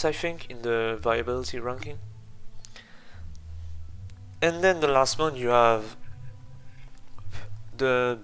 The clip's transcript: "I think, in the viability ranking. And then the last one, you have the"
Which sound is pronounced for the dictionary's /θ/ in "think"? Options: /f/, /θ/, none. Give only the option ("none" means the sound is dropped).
/f/